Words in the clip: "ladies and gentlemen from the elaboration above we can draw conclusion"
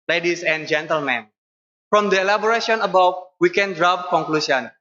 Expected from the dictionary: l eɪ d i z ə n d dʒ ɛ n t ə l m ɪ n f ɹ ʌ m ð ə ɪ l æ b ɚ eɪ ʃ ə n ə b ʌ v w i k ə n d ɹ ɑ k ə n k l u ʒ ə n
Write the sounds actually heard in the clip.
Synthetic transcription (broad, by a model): l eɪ d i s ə n dʒ ɛ n t ə l m ɪ n f ɹ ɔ m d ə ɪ l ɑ b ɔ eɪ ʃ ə n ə b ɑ w w i k ə n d ɹ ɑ k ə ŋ k l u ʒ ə n